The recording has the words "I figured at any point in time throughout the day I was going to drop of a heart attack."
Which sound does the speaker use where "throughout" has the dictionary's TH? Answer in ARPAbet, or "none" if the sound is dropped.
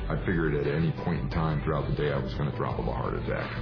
TH